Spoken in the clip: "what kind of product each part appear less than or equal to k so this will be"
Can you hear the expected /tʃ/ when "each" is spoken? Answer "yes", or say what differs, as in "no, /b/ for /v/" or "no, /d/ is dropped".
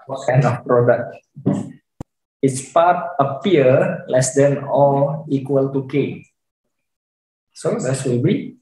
no, /s/ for /tʃ/